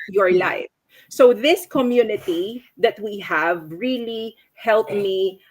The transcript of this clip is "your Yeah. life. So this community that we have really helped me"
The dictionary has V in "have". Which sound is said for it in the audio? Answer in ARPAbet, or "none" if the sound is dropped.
V